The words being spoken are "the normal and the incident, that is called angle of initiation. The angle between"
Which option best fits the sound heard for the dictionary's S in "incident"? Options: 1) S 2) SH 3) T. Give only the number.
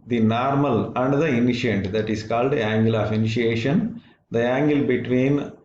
2